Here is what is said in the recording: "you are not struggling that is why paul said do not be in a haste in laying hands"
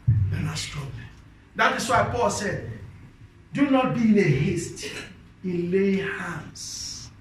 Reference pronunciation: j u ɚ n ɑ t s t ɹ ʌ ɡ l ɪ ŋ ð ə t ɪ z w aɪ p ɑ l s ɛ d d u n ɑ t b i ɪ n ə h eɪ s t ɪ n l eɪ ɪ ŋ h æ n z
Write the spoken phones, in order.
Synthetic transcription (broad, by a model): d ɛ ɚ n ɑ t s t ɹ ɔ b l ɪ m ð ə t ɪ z w aɪ p ɑ l s ɛ d d u n ɑ t b i ɪ n ə h eɪ s t ɪ n l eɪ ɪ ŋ h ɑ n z